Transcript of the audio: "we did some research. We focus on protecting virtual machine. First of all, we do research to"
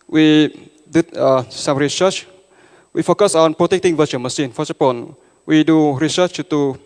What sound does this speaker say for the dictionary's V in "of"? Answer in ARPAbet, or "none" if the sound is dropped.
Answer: P